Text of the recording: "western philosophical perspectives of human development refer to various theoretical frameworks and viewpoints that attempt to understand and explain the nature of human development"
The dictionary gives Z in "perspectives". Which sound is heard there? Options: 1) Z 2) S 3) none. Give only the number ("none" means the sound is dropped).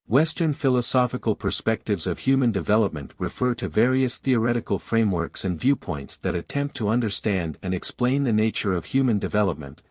1